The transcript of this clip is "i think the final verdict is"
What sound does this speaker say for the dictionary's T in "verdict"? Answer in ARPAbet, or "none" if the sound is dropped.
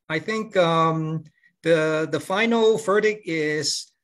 none